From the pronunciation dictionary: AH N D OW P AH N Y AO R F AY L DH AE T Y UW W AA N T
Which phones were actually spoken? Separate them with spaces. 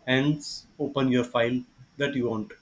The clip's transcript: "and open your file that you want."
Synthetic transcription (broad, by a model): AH N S OW P AH N Y AO R F AY L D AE T Y UW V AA N T